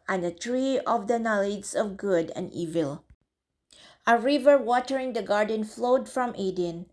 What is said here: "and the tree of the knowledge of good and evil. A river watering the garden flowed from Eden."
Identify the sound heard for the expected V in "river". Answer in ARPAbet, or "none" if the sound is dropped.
V